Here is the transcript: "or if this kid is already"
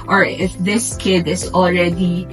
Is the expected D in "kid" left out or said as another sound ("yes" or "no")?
no